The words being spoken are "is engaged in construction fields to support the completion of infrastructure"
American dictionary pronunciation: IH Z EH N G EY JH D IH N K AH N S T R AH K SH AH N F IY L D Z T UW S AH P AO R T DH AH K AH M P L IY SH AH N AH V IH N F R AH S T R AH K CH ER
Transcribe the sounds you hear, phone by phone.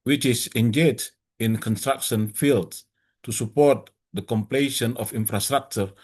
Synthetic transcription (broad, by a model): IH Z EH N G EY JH IH N K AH N S T R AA K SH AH N F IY L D S T UW S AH P AO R T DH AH K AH M P L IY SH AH N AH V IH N F R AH S T R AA K CH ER